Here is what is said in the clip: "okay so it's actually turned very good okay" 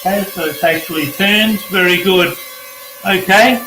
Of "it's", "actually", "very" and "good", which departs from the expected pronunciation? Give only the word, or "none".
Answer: none